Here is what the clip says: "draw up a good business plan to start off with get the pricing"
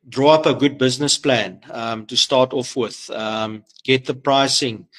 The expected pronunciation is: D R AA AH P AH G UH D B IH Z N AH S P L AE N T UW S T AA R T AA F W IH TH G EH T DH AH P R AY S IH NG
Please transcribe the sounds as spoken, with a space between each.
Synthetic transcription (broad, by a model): D R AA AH P AH G UH D B IH Z N AH S P L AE N T UW S T AA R T AA F W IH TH G EH T DH AH P R AY S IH NG